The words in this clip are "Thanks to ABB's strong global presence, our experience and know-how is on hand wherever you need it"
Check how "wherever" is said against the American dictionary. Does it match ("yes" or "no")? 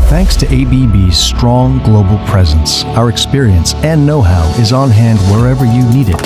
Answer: yes